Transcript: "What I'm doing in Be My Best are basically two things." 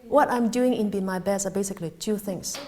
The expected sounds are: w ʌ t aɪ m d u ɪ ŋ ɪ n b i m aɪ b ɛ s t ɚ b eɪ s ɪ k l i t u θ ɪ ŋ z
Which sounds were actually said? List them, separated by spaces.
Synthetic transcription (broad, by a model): w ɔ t aɪ m d u ɪ ŋ ɪ n b i m aɪ b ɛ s ɚ b eɪ s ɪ k l i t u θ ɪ ŋ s